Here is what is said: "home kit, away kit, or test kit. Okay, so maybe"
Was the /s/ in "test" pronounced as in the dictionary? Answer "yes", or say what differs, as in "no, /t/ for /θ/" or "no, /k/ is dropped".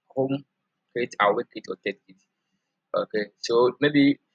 no, /s/ is dropped